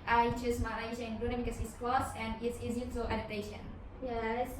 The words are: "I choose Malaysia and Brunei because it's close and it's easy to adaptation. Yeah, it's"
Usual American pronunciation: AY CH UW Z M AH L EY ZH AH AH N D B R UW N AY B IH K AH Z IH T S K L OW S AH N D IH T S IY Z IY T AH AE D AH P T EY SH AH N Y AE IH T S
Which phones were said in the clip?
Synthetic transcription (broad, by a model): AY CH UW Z M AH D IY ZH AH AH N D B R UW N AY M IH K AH S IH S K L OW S AH N D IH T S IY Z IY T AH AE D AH T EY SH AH N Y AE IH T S